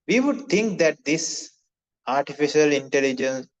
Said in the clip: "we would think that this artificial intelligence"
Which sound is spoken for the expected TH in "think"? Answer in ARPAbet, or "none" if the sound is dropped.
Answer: T